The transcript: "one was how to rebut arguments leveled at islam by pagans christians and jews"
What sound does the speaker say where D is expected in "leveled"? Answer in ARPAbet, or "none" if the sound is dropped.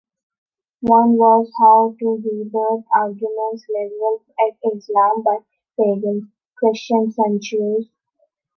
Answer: none